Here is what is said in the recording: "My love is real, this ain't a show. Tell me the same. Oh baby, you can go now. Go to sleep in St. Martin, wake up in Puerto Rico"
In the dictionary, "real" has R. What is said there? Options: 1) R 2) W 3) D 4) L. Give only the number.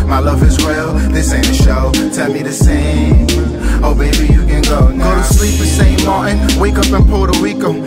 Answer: 2